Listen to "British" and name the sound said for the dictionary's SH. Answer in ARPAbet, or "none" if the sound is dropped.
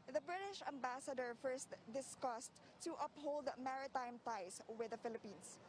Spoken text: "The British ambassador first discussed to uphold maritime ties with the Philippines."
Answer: SH